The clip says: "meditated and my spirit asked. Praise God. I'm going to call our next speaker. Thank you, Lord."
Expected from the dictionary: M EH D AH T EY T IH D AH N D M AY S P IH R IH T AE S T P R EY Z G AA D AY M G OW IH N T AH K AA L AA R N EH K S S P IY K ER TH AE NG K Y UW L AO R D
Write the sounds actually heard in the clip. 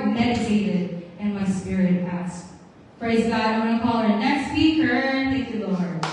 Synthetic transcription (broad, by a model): M EH D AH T EY T IH D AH N M AY S P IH R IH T AE S T P R EY Z G AA D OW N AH K AA L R N EH K S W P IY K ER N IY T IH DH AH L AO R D